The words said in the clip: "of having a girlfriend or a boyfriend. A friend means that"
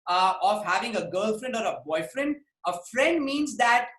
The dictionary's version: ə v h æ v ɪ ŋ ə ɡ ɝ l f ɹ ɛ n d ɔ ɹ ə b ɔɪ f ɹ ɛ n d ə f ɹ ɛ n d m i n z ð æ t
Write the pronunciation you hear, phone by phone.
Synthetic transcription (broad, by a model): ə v h æ v ɪ ŋ ə ɡ ɝ l f ɹ ɛ n d ɔ ɹ ə b ɔɪ f ɹ ɛ n d ə f ɹ ɛ n d m i n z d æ t